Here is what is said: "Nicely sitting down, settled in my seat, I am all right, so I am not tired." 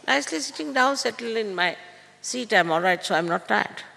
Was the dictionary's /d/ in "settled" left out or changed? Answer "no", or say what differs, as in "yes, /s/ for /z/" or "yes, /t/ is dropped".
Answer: yes, /d/ is dropped